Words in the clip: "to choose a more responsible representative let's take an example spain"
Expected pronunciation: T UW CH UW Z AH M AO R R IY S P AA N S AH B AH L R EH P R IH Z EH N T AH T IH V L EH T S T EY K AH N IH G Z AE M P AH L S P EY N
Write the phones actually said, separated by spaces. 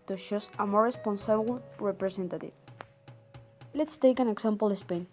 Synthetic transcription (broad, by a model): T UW SH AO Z AH M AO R R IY S P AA N S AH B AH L R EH P R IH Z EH N T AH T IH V L EH T S T EY K AH N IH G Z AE M P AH L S P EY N